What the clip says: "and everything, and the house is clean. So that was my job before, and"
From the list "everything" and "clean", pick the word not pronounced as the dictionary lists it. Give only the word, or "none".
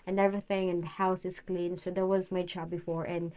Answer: none